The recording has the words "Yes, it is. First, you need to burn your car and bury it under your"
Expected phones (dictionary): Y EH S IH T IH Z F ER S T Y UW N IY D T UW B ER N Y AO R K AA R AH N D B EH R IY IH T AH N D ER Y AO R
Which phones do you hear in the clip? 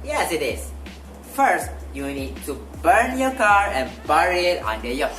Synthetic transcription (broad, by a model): Y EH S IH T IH S F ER S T Y UW N IY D T UW B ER N Y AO K AA R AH N B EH R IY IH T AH N D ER Y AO